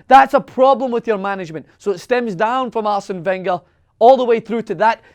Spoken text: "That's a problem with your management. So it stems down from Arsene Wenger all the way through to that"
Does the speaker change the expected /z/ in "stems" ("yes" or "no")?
no